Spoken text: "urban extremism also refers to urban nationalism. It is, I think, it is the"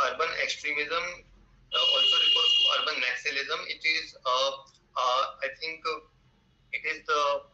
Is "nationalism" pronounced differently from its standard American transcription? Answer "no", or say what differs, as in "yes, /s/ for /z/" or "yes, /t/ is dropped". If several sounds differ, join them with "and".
yes, /s/ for /ʃ/ and /n/ is dropped